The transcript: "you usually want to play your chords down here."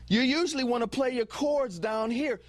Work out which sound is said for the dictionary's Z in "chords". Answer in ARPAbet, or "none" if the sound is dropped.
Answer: Z